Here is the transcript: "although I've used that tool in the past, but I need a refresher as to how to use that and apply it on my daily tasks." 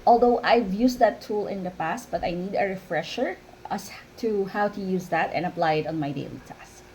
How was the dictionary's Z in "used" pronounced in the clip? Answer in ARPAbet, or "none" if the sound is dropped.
S